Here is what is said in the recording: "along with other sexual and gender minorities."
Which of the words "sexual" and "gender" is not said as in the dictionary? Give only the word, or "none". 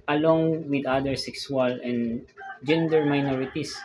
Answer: sexual